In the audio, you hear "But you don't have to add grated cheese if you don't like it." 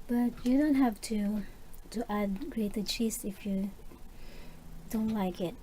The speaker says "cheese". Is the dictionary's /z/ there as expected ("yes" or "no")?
no